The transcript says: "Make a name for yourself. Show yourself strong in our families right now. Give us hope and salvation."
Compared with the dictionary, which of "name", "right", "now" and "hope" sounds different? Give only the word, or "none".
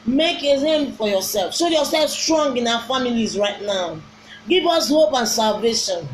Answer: name